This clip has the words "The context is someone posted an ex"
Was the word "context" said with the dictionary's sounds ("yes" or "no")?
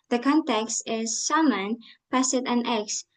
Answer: yes